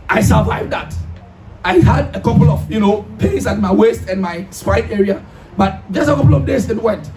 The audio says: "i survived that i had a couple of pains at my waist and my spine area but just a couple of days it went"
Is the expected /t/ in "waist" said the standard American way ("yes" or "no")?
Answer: yes